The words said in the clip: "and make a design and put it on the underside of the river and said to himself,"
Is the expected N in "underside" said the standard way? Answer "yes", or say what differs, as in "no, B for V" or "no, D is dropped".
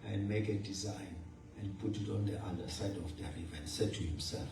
no, N is dropped